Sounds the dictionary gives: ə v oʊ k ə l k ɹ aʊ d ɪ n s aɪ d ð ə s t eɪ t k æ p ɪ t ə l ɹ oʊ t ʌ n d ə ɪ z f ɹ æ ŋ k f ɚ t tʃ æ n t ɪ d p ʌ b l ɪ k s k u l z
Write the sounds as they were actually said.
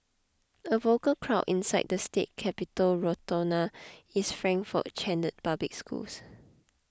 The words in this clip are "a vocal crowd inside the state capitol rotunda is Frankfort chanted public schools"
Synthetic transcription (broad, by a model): ə v oʊ k ə l k ɹ aʊ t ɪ n s aɪ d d ə s t eɪ t k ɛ p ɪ t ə l ɹ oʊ t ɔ n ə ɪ s f ɹ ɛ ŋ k f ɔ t tʃ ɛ n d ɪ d p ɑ b l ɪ k s k u l s